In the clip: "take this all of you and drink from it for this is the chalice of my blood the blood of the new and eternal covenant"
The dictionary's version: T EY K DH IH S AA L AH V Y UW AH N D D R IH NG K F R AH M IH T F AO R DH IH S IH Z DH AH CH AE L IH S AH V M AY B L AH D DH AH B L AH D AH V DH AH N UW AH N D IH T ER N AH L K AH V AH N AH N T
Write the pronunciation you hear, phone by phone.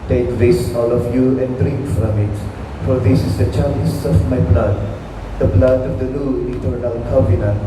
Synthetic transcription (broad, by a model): T EY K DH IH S AA L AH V Y UW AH N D D R IH NG K F R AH M IH T F AO R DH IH S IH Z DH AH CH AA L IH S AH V M AY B L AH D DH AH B L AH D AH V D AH L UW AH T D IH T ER AH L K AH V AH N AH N